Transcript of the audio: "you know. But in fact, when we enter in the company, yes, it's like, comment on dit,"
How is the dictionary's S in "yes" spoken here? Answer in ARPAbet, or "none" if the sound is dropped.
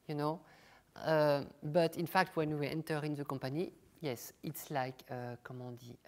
S